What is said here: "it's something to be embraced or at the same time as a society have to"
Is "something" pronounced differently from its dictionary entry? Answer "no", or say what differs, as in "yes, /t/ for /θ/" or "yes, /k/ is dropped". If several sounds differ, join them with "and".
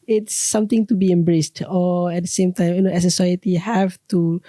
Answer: yes, /t/ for /θ/